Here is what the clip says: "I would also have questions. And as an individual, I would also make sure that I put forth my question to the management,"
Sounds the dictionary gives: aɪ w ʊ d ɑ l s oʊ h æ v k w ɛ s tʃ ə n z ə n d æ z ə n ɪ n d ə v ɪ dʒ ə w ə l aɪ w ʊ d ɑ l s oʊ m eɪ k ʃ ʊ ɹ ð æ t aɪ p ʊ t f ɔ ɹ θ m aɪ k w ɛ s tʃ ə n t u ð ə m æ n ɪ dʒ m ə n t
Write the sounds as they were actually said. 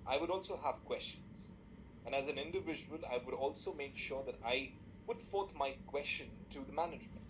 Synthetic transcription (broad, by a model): aɪ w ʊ d ɑ l s oʊ h æ v k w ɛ s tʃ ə n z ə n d æ z ə n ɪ n d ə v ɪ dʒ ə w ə l aɪ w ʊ d ɑ l s oʊ m eɪ k ʃ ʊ ɹ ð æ t aɪ p ʊ t f ɔ ɹ t m aɪ k w ɛ s tʃ ə n t u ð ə m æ n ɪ dʒ m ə n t